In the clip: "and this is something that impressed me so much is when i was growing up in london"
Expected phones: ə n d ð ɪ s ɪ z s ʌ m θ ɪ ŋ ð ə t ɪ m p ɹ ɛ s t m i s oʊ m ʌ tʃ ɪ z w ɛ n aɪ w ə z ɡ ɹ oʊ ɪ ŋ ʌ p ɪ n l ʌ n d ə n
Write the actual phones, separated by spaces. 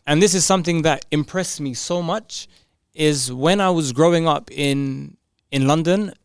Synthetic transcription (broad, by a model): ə n ð ɪ s ɪ z s ʌ m θ ɪ ŋ ð ə t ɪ m p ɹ ɛ s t m i s oʊ m ʌ tʃ ɪ z w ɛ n aɪ w ə z ɡ ɹ oʊ ɪ ŋ ʌ p ɪ n l ʌ n d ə n